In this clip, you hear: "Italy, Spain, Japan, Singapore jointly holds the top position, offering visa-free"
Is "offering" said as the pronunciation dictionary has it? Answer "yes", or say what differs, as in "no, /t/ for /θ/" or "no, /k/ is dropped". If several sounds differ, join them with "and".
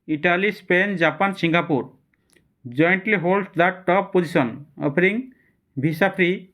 no, /p/ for /f/